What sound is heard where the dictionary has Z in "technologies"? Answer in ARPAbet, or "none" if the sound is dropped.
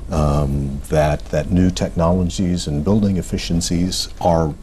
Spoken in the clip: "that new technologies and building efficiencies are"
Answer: Z